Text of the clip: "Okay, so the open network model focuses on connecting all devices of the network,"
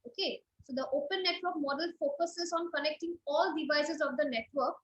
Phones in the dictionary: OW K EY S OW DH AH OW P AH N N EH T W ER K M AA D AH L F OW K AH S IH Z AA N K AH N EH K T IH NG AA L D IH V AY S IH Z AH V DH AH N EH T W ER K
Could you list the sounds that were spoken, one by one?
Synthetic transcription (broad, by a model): OW K EY S OW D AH OW P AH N N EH T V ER K M AA D AH L F OW K AH S IH Z AA N K AH N EH K T IH NG AA L D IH V AY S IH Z AH V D AH N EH T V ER K